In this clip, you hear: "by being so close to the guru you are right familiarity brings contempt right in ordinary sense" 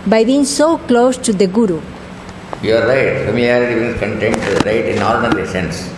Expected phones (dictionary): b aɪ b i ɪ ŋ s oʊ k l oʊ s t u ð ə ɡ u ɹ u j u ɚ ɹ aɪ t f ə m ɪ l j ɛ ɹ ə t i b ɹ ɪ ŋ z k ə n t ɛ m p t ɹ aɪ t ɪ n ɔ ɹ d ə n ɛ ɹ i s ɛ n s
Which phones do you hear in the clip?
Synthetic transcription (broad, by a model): b aɪ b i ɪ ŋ s oʊ k l oʊ s t u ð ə ɡ u ɹ u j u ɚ ɹ aɪ t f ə m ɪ l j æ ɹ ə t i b ɪ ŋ s k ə n t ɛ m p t ɹ aɪ t ɪ n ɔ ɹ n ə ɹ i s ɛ n s